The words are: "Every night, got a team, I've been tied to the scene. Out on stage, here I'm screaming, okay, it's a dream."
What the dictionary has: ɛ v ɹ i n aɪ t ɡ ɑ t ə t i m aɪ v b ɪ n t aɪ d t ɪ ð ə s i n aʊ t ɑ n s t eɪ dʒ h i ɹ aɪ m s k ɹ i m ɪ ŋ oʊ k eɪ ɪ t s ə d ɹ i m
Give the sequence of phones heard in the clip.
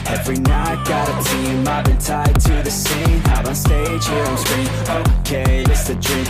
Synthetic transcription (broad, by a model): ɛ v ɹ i n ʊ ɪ ɡ ɑ t ə t i m aɪ v b ɪ n t aɪ d t ɪ ð ə s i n aʊ t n s t eɪ dʒ h i ɹ aɪ m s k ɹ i ɪ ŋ oʊ k eɪ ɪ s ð ə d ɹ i